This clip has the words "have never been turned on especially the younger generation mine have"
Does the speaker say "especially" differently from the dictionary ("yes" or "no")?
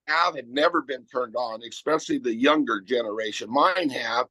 yes